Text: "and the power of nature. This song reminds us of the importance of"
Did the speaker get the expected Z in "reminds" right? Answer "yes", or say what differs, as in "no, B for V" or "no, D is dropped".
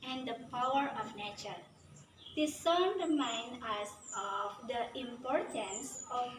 no, Z is dropped